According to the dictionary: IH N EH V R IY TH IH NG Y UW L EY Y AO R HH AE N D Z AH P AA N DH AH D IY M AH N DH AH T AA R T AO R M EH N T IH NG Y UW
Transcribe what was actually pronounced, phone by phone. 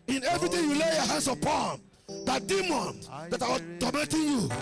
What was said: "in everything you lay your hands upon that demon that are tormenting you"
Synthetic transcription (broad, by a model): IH N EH V R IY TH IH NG Y UW L EY Y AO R HH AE N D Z AH P AA N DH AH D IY M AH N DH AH T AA W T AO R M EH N T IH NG Y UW